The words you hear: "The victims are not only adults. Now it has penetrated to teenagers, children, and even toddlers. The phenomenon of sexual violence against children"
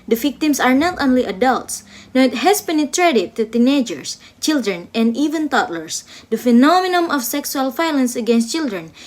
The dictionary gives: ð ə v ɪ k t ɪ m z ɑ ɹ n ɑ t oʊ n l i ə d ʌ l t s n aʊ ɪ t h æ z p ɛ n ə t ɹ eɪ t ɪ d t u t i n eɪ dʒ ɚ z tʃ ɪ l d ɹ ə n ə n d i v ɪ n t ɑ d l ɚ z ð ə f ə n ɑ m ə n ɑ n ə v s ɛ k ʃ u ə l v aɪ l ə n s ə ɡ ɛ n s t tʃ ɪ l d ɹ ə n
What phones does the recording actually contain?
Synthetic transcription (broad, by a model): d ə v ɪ k t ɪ m s ɑ ɹ n ɑ t oʊ n l i ə d ʌ l t s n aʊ ɪ t h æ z p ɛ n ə t ɹ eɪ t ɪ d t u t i n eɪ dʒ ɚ s tʃ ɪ l d ɹ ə n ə n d i v ɪ n t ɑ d l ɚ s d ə f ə n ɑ m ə n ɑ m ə f s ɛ k s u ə l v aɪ l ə n s ə ɡ ɛ n s t tʃ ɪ l d ɹ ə n